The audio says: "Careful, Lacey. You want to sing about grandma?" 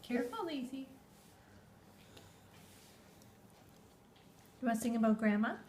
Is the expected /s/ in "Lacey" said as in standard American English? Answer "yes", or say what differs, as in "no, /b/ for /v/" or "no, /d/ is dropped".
no, /s/ is dropped